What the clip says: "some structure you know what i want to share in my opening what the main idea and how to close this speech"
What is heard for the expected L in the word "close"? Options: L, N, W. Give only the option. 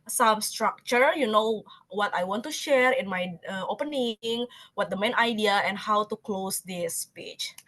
L